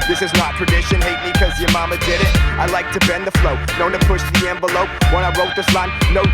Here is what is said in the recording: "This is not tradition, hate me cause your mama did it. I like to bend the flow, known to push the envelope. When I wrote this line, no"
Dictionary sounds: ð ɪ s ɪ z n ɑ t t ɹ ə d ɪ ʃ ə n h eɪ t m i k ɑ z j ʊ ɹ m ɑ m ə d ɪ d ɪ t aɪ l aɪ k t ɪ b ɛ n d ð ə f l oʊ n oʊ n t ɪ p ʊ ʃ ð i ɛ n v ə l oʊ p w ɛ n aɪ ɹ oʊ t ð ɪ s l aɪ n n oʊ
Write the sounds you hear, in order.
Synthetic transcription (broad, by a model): ð ɪ s ɪ z n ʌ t t ɹ ə d ɪ ʃ ə n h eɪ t m i k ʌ z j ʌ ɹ m ɑ m ə d ɪ d ɪ t aɪ l aɪ k t ɪ b ɛ n ð ə f l oʊ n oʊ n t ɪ p ʊ ʃ ð i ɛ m v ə l oʊ p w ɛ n aɪ ɹ oʊ t ð ɪ s l aɪ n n oʊ